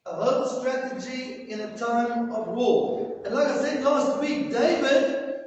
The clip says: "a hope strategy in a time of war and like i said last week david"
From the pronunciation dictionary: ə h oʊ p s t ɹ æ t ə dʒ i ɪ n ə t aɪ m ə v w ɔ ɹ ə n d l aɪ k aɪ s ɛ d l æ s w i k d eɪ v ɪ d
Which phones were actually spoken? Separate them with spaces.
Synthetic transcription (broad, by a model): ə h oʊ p s t ɹ æ t ə dʒ i ɪ n ə t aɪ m ə v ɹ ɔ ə n l aɪ k aɪ s ɛ d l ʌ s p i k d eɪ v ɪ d